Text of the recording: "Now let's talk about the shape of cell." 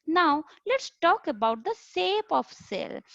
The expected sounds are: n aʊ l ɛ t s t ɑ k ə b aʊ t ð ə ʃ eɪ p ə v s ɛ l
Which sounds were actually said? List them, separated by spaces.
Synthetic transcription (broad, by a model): n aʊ l ɛ t s t ɑ k ə b aʊ t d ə s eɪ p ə f s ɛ l